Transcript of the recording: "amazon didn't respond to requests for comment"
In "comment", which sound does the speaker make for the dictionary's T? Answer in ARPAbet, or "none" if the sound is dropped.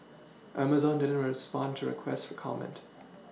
T